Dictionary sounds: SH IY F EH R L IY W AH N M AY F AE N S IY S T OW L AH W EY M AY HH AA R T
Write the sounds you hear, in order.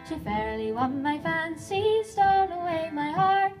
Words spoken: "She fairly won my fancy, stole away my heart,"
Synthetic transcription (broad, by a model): SH IY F EH R L IY W AH N M AY F AE N S IY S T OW N AH W EY M AY HH AA R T